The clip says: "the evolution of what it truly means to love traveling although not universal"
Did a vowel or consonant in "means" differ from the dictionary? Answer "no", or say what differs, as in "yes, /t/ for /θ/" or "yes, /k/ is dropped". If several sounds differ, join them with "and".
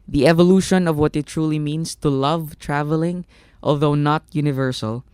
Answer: yes, /s/ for /z/